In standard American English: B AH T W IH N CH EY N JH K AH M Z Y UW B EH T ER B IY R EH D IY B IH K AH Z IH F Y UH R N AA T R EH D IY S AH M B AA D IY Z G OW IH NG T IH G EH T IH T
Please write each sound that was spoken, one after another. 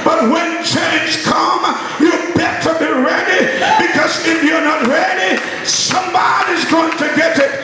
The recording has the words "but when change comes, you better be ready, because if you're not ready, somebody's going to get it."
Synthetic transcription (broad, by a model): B AH T W IH N CH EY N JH K AH M Y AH B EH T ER B IY R EH D IY B IH K AH Z IH F Y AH R N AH T R EH D IY S AH M B AA D IY Z G OW IH NG T IH G EH T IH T